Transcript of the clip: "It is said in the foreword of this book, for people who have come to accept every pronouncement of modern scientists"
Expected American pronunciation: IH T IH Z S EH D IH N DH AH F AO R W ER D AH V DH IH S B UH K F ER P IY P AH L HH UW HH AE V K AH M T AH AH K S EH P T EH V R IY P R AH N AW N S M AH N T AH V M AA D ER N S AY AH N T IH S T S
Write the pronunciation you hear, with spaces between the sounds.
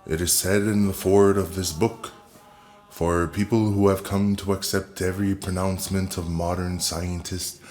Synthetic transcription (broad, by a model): IH T IH Z S EH D IH N DH AH F AO R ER D AH V DH IH S B UH K F ER P IY P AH L HH UW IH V K AH M T AH AH K S EH P T EH V R IY P R AH N AW N S M AH N T AH V M AA D ER N S AY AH N T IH S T